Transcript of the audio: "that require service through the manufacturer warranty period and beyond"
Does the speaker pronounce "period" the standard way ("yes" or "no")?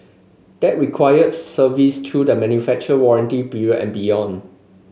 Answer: no